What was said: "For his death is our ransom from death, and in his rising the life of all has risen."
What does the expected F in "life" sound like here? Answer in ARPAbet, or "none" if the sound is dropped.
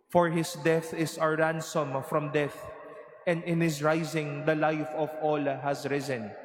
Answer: F